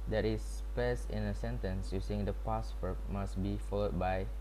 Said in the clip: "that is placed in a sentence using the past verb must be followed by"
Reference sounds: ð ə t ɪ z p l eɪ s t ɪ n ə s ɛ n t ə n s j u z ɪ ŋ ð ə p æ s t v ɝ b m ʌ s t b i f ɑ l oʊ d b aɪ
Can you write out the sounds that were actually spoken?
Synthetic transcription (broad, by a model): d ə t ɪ s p eɪ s ɪ n ə s ɛ n t ə n s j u s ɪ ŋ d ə p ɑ s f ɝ m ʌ s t b i f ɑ l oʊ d b aɪ